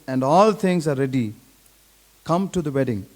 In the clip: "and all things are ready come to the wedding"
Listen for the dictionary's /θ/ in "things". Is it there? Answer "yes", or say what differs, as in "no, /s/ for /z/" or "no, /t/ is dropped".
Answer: no, /t/ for /θ/